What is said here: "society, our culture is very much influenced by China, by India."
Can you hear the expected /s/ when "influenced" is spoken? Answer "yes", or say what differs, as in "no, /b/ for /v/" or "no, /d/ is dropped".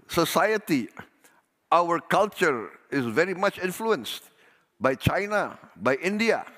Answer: yes